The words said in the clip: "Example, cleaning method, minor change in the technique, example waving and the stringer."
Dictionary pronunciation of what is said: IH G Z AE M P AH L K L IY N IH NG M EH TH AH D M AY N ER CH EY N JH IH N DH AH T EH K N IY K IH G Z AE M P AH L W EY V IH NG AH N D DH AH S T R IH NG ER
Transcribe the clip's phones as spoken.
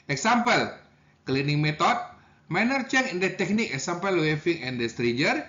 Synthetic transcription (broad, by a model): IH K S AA M P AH L K L IY N IH NG M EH T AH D M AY N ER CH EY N IH N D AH T EH K N IY K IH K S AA M P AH L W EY F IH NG AH N D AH S T R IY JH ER